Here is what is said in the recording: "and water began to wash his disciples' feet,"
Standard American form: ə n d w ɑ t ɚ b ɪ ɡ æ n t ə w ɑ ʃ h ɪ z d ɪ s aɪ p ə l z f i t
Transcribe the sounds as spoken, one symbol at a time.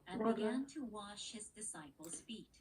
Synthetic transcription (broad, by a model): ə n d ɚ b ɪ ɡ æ n t ə w ɑ ʃ h ɪ z d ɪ s aɪ p l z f i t